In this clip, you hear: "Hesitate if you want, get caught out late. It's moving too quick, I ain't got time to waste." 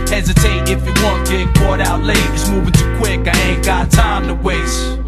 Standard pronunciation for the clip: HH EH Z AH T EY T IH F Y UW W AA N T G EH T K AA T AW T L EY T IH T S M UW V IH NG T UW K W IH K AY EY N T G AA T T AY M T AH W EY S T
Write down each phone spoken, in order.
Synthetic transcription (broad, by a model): HH EH Z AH T EY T IH F Y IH W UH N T G EH T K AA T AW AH L EY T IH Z M UW V IH NG T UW K W IH K AY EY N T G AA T T AY M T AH W EY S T